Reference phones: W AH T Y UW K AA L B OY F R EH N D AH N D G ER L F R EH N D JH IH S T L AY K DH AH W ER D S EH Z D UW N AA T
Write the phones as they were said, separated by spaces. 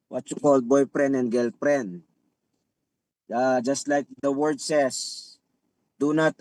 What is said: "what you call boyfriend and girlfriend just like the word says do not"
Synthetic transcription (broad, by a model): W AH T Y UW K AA L B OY P R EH N AH N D G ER L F R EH N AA JH IH S T L AY K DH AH W ER D S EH S D UW N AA T